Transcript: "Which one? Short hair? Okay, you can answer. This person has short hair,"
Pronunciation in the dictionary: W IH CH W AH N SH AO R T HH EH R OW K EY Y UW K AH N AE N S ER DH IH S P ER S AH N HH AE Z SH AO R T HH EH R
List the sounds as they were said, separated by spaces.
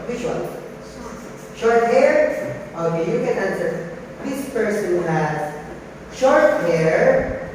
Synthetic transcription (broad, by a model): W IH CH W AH L SH AO R T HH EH R OW K EY Y UW K AH N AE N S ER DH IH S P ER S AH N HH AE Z SH AO R T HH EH R